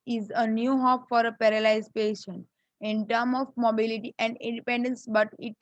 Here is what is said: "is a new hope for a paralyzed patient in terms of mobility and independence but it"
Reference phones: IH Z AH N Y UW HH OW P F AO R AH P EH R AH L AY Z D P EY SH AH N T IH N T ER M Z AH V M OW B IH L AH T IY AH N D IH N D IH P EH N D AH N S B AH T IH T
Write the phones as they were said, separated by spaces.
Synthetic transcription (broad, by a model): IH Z AH N Y UW HH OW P F AO R AH P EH R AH L AY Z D P EY SH AH N T IH N T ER M AH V M OW B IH L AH T IY AH N D IH N D IH P EH N D AH N S B AH T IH T